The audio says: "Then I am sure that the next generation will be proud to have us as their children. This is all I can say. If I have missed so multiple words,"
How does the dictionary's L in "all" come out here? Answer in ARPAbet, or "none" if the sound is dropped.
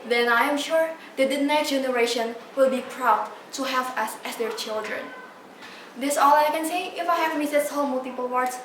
L